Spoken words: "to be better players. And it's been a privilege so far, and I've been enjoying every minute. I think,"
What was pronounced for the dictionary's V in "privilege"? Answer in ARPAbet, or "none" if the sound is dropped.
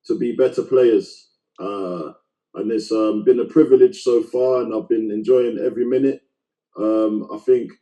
V